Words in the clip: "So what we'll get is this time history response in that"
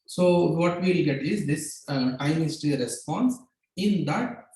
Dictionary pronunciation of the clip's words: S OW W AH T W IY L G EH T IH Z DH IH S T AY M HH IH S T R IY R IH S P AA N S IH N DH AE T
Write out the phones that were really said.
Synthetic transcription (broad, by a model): S OW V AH T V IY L G EH T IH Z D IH S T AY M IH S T IY R IH S P AA N S IH N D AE T